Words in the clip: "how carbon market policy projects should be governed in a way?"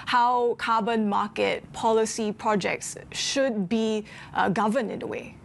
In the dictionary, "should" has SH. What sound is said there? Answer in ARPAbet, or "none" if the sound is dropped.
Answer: SH